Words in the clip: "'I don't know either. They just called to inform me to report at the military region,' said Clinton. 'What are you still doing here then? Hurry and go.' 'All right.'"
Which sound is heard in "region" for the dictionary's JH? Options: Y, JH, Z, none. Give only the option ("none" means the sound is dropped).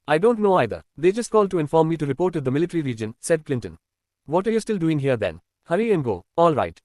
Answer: JH